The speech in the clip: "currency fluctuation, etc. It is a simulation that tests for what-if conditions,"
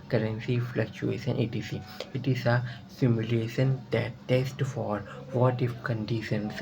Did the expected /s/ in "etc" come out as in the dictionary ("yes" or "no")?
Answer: no